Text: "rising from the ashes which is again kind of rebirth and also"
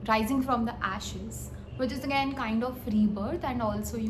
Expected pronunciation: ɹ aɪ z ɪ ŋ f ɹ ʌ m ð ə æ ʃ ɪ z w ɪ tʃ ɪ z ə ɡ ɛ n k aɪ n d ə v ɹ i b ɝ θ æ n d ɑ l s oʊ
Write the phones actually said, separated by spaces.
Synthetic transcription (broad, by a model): ɹ aɪ z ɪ ŋ f ɹ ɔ m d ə æ ʃ ɪ z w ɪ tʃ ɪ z ə ɡ ɛ n k aɪ n d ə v ɹ i b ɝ t æ n d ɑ l s oʊ